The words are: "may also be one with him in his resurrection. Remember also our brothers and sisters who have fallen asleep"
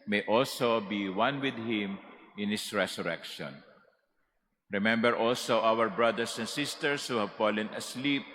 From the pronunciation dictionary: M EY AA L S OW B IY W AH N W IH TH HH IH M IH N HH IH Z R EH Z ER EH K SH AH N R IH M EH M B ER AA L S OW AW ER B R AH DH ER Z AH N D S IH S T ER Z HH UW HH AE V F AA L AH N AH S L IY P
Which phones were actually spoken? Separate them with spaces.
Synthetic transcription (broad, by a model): M EY AA L S OW B IY W AH N W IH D HH IH M IH N HH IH S R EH S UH EH K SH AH N R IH M EH M B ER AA L S OW AW ER B R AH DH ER S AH N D S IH S T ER S HH UW HH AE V F AA L AH N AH S L IY P